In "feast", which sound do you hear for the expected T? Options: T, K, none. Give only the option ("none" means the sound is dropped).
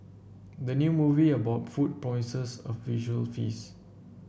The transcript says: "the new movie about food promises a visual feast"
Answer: none